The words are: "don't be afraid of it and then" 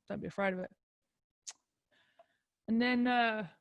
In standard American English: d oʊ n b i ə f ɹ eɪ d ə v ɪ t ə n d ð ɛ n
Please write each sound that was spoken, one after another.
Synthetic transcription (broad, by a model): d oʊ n b i ə f ɹ eɪ d ə v ɪ t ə n ð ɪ n